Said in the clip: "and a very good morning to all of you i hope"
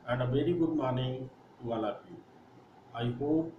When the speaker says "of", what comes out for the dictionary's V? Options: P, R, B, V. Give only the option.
P